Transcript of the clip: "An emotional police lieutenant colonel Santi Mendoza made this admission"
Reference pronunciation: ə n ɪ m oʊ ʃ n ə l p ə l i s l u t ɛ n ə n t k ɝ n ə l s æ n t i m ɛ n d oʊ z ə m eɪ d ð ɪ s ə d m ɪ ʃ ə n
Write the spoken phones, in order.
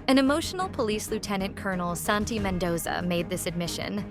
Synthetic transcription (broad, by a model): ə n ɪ m oʊ ʃ n l p ə l i s l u t ɛ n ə n k ɝ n l s æ n t i m ɛ n d oʊ z ə m eɪ d ð ɪ s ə d m ɪ ʃ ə n